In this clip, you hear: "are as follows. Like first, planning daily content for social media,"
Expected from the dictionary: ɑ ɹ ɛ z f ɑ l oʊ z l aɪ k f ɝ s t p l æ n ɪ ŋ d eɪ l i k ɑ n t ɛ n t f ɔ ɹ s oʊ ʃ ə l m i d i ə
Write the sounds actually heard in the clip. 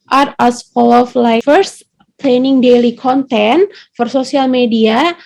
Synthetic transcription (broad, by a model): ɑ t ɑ s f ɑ l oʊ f l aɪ f ɝ s t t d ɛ n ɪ ŋ d eɪ l i k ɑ n t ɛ n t f ɔ ɹ s oʊ s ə l m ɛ d i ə